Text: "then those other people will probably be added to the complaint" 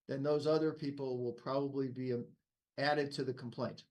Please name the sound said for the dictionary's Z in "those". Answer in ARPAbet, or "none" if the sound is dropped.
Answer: Z